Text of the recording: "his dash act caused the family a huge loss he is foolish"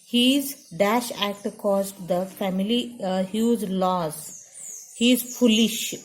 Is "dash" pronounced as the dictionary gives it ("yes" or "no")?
yes